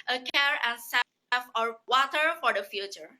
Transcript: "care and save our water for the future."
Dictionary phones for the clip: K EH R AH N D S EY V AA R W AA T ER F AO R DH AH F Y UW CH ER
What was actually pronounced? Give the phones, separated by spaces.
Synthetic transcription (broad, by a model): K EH R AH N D S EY F AA R W AA T ER F AO R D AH F Y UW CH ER